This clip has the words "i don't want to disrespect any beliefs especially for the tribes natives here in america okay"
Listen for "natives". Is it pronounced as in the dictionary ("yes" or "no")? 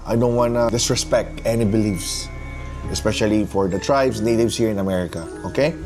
no